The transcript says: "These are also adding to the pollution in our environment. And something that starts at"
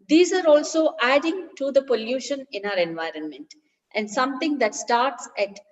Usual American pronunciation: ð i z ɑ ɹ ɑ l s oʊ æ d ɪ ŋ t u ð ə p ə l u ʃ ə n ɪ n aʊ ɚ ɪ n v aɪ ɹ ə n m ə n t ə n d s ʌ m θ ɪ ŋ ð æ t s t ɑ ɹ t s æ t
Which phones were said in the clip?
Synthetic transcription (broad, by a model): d i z ɑ ɹ ɑ l s oʊ æ d ɪ ŋ t u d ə p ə l u ʃ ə n ɪ n aʊ ɚ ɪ n v aɪ ɹ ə n m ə n t ə n d s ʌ m t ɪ ŋ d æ t s t ɑ ɹ t s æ t